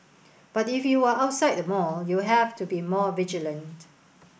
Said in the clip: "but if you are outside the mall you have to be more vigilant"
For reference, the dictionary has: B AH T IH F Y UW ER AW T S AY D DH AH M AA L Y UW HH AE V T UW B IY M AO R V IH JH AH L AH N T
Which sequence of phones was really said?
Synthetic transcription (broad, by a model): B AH T IH F Y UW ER AW T S AY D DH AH M AA L Y UW HH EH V T UW B IY M AO V IH JH AH L AH N T